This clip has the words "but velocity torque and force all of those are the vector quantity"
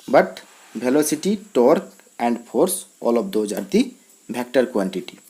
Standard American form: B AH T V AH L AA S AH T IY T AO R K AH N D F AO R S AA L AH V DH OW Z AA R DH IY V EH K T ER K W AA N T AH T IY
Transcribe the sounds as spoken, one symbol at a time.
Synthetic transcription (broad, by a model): B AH T B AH L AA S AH T IY T AO R K AH N D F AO R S AA L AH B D OW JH AA R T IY B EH K T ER K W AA N T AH T IY